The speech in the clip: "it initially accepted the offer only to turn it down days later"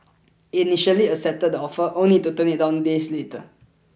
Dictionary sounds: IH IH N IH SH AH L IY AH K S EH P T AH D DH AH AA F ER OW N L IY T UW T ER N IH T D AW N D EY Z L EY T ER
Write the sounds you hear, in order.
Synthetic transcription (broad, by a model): IH N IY SH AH L IY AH S EH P T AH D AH AA F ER OW N L IY T UW T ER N IH T D AW N D EY S L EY T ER